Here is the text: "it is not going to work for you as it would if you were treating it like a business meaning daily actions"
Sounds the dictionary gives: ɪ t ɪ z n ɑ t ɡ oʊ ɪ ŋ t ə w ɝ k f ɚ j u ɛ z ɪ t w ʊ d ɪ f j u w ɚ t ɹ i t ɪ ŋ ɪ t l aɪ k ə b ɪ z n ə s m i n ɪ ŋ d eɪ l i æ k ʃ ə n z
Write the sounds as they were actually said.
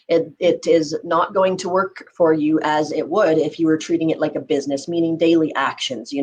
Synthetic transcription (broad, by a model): ɪ t ɪ z n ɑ t ɡ oʊ ɪ ŋ t ə w ɝ k f ɚ j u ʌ z ɪ t w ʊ d ɪ f j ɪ w ɚ t ɹ i t ɪ ŋ ɪ t l aɪ k ə b ɪ z n ə s m i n ɪ ŋ d eɪ l i æ k ʃ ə n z